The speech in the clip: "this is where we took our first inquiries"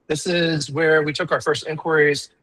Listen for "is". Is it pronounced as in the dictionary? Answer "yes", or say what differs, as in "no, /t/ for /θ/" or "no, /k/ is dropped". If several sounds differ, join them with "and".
yes